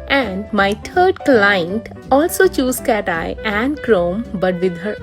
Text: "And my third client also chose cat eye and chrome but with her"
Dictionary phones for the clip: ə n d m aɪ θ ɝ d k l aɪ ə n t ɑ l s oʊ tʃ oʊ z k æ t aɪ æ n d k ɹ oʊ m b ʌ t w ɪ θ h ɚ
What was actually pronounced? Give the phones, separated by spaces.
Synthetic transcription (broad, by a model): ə n d m aɪ t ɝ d k l aɪ ə n t ɑ l s oʊ tʃ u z k æ t aɪ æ n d k ɹ oʊ m b ʌ t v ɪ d h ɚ